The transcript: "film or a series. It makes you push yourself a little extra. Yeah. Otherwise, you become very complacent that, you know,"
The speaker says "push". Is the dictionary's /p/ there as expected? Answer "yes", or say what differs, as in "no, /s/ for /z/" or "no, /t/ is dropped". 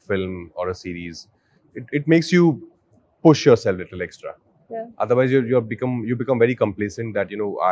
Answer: yes